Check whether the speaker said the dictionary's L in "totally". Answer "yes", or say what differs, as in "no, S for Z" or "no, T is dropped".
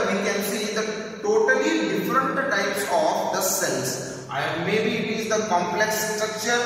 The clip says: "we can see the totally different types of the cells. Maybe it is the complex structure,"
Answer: yes